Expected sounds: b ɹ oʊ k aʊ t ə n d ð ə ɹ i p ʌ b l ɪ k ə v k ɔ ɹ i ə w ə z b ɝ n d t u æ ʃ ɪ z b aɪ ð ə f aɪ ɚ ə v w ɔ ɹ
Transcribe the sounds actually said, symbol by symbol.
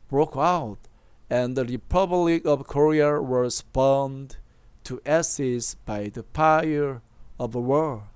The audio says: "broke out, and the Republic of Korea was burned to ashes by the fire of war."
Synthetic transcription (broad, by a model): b ɹ oʊ k aʊ t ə n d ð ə ɹ i p ʌ b l ɪ k ə v k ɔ ɹ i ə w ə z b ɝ n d t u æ s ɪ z b aɪ ð ə p aɪ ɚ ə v w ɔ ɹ